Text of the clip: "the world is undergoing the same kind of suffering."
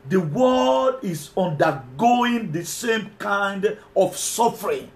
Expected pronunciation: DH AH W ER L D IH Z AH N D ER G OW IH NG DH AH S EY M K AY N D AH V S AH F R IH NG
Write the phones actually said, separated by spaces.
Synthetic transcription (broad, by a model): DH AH W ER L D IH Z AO N D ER G OW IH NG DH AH S EY M K AY N D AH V S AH F R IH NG